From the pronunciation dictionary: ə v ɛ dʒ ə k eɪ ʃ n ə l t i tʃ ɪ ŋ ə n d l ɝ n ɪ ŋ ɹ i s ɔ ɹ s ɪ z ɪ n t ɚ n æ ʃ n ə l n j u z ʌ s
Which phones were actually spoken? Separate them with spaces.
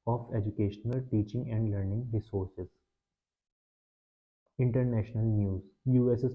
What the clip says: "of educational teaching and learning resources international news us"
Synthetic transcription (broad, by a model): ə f ɛ dʒ ə k eɪ ʃ n ə l t i tʃ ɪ ŋ ə n d l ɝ n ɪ ŋ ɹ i s ɔ ɹ s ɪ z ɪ n t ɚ n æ ʃ n ə l n j u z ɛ s